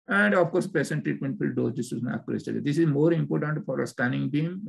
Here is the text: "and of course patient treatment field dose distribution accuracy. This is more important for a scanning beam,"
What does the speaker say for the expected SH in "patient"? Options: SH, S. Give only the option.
S